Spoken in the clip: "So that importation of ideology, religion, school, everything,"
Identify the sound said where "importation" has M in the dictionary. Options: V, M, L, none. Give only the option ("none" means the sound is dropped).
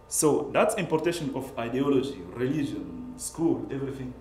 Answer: M